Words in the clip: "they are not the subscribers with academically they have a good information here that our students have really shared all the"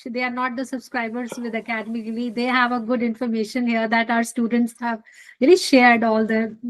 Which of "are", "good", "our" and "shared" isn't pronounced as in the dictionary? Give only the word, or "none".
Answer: none